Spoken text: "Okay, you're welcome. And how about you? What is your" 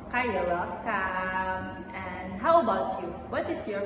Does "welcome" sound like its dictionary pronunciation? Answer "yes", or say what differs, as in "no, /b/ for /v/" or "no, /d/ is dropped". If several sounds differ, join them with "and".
no, /l/ is dropped